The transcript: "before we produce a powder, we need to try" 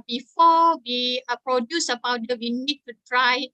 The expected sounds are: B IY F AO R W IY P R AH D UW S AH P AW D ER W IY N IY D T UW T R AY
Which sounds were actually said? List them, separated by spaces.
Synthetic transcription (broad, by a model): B IY F AO W IY P R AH D UW S AH B AW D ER W IY N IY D T UW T R AY